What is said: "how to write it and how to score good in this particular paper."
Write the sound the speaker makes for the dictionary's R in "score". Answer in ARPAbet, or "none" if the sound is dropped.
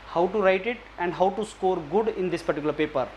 R